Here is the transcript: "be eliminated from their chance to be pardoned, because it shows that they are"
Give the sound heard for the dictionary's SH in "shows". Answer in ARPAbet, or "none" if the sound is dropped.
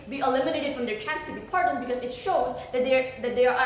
SH